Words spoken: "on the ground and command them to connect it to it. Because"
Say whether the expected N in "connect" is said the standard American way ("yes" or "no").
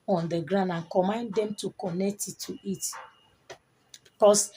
yes